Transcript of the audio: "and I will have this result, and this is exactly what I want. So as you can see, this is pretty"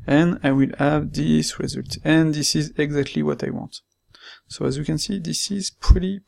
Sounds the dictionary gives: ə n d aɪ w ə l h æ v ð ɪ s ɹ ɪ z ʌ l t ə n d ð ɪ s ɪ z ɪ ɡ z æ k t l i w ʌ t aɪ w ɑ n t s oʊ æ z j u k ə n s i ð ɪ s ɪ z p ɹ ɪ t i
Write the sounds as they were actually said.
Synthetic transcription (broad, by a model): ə n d aɪ w ə l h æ v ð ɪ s ɹ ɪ z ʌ l t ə n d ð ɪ s ɪ z ɪ ɡ z æ k t l i w ʌ t aɪ w ɑ n t s oʊ æ z j u k ə n s i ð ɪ s ɪ z p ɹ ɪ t i